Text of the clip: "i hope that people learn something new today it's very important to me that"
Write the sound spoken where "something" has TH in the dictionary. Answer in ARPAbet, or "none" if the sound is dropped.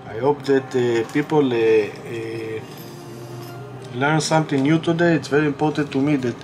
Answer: T